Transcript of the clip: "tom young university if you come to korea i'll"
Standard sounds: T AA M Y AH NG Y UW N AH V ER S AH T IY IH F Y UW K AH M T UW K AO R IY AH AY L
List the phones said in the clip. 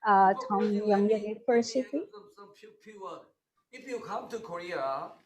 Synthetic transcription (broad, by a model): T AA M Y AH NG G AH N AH F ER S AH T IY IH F Y UW K AH M T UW K AO R IY AH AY